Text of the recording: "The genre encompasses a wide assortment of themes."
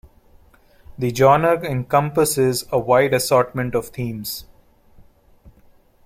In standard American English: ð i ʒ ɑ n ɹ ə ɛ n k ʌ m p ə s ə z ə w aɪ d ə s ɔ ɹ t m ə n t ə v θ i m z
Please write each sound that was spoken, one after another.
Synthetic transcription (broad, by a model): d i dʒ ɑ n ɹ ɛ n k ʌ m p ə s ə z ə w aɪ d ə s ɔ ɹ t m ə n t ə v t i m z